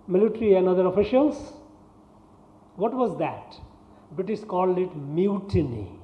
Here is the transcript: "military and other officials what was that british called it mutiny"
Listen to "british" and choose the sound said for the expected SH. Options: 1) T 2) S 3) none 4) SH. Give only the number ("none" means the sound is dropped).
2